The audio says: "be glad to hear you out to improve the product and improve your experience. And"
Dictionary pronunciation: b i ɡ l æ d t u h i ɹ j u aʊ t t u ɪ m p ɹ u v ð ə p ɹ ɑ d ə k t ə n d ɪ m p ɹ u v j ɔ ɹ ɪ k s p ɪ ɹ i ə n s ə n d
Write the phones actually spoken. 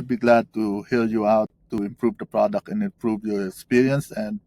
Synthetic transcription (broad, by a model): b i ɡ l æ d t u h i l j u aʊ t t u ɪ m p ɹ u v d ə p ɹ ɑ d ə k t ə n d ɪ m p ɹ u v j ɔ ɹ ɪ k s p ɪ ɹ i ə n s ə n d